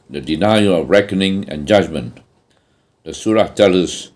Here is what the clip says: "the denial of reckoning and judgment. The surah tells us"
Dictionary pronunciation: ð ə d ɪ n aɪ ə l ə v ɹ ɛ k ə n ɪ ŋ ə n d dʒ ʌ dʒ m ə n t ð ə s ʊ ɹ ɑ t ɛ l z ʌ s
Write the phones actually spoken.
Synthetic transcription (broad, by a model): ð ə d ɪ n aɪ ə ə v ɹ ɛ k ə n ɪ ŋ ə n dʒ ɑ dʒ m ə n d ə s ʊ ɹ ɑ t ɛ l ʌ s